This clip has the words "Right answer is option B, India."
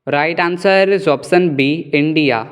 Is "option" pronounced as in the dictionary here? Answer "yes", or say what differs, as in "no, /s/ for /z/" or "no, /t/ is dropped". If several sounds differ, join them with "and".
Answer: no, /s/ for /ʃ/